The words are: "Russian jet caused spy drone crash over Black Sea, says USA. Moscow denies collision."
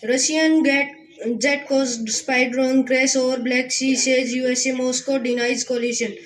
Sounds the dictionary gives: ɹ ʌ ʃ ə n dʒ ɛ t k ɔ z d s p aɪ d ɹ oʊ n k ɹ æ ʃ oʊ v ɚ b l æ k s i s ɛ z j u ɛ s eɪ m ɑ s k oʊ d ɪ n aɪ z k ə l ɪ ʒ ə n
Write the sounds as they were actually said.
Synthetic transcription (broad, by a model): ɹ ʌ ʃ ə n dʒ ɛ t k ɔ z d s p aɪ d ɹ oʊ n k ɹ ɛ s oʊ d b l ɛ k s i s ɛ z j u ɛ s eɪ m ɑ s k oʊ d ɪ n aɪ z k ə l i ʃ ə n